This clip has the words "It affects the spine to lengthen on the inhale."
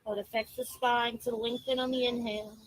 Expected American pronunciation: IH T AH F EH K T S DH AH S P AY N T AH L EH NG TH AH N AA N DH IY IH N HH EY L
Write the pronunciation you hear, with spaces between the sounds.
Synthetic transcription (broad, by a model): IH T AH F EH K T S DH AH S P AY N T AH W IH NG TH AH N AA N DH IY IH N HH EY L